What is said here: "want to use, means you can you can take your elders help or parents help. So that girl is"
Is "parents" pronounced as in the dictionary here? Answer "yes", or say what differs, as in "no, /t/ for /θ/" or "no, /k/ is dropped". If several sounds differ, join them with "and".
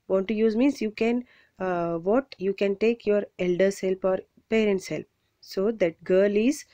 yes